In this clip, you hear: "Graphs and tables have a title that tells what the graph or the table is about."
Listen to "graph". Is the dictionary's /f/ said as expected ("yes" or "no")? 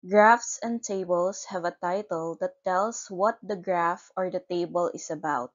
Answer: yes